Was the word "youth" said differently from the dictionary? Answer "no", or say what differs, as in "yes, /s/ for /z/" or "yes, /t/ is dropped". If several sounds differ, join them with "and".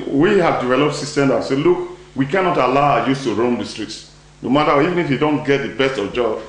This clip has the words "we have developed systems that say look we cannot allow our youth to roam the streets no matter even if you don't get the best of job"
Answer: yes, /s/ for /θ/